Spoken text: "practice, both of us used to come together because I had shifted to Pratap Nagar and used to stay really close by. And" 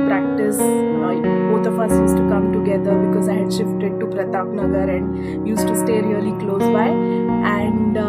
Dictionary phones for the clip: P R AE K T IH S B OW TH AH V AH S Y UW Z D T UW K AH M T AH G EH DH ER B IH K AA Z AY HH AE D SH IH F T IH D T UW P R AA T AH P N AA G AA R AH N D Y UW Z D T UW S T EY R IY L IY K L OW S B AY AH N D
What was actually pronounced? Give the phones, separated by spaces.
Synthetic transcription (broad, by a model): P R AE K T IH S B OW T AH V AH S Y UW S T UW K AH M T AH G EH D ER B IH K AA Z AY HH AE D SH IH F T IH D T UW P R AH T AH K N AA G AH R AH N D Y UW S T UW S T EY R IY L IY K L OW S B AY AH N D